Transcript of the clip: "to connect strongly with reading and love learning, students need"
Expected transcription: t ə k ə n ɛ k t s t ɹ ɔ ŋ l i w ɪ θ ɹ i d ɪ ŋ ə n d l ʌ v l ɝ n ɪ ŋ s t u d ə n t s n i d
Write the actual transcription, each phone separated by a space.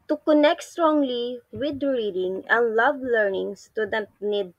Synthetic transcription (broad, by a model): t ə k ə n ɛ k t s t ɹ ɔ ŋ l i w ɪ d ɹ i d ɪ ŋ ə n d l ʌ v l ɝ n ɪ ŋ s t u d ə t n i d